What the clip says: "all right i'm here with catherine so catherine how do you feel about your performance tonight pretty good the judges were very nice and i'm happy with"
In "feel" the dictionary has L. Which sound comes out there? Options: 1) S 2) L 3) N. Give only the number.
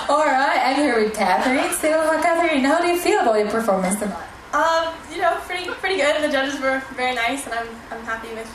2